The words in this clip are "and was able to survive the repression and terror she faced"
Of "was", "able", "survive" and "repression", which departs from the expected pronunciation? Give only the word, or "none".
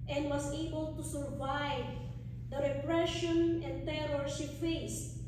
was